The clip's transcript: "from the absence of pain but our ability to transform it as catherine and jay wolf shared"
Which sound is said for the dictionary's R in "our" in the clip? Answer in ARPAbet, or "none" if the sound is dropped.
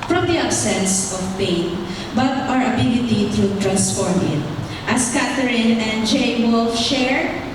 R